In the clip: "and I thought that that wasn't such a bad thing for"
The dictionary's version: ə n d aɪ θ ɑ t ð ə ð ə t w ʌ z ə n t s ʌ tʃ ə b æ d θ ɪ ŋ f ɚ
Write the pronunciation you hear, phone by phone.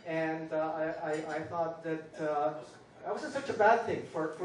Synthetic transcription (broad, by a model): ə n d aɪ θ ɑ t ð ə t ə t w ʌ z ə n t s ʌ tʃ ə b æ d θ ɪ ŋ f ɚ